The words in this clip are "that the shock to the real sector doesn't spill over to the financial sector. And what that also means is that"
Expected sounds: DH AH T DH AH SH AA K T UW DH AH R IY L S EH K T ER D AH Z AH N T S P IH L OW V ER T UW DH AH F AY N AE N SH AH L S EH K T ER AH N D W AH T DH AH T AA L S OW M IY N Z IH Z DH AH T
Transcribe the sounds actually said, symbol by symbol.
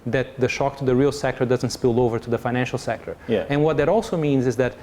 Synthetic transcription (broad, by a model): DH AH T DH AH SH AA K T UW DH AH R IY L S EH K T ER D AH Z AH N T S P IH L OW V ER T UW DH AH F AY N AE N SH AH L S EH K T ER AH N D W AH T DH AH T AA L S OW M IY N Z IH Z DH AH T